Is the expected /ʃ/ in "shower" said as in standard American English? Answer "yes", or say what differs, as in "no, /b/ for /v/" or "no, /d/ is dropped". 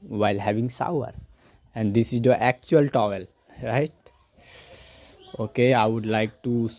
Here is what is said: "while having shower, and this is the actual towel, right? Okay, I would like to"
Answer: no, /s/ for /ʃ/